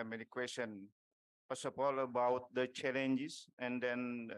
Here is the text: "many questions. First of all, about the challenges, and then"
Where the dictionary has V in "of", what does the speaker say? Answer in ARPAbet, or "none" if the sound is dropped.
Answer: P